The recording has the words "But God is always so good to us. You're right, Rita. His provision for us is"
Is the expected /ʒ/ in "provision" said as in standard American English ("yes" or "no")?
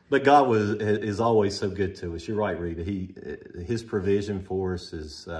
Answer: yes